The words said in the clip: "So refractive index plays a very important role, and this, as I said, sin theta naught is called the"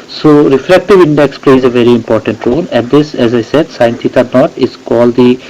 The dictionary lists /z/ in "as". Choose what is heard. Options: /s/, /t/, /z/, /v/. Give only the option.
/z/